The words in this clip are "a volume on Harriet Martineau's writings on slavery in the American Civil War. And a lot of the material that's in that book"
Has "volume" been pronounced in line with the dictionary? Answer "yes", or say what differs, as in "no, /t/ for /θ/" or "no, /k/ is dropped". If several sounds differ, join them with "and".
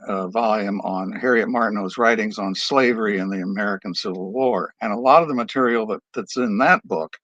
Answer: yes